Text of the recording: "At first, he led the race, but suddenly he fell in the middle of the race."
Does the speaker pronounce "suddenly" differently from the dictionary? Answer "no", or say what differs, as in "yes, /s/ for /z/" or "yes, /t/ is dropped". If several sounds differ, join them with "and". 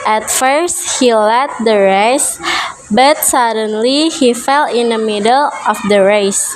no